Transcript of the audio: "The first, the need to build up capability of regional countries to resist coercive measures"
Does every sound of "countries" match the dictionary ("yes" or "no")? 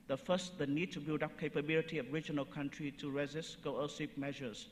no